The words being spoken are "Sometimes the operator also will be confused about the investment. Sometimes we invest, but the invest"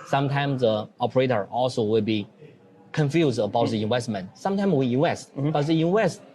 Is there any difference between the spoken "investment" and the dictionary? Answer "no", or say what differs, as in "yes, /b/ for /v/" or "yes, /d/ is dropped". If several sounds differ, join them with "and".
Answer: yes, /w/ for /v/